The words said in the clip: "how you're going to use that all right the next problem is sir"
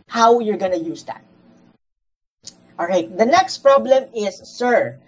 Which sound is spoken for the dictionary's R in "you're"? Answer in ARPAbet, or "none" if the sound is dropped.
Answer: R